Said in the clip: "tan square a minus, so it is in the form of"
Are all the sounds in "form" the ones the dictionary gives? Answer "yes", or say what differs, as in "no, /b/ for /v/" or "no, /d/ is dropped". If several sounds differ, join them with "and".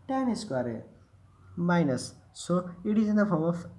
no, /p/ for /f/